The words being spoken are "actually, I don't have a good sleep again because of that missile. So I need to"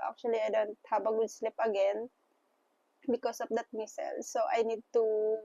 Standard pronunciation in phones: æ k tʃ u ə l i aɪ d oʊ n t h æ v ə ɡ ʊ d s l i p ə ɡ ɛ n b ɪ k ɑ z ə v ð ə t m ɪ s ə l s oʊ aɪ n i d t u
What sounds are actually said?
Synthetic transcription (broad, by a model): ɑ k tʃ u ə l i aɪ d oʊ n t h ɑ b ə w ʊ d s l i p ə ɡ ɛ n b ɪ k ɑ s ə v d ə t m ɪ s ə l s oʊ aɪ n i d t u